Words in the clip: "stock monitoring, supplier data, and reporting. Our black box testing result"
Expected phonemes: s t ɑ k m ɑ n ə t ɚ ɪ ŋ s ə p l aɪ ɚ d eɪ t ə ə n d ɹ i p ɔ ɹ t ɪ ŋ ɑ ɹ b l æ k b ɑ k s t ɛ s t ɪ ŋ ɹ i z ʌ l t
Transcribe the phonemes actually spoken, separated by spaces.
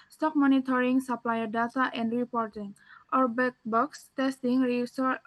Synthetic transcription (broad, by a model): s t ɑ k m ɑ n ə t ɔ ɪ ŋ s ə p l aɪ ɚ d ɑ t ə ə n d ɹ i p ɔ ɹ t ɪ ŋ ɑ ɹ b ɛ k b ɑ k s t ɛ s t ɪ ŋ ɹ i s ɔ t